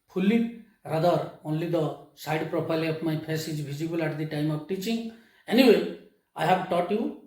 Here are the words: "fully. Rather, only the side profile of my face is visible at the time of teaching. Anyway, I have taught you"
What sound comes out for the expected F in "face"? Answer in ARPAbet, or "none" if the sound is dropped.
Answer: P